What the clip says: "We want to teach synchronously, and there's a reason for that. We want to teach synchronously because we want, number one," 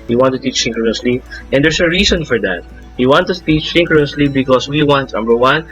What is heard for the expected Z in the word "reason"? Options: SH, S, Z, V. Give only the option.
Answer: S